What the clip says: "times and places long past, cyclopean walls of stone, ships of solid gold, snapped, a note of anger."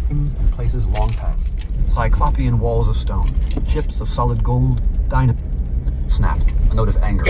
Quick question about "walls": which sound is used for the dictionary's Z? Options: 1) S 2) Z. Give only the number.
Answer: 2